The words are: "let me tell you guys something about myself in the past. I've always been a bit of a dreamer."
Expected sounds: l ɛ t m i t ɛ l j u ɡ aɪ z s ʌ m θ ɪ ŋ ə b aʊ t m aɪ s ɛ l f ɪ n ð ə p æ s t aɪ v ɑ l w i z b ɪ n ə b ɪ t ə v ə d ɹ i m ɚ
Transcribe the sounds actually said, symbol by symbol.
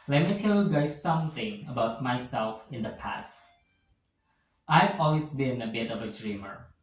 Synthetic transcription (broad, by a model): l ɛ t m i t ɛ l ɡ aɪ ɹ s ʌ m θ ɪ ŋ ə b aʊ t m aɪ s ɛ l f ɪ n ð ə p æ s t aɪ v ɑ l w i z b ɪ n ə b ɪ t ə v ə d ɹ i m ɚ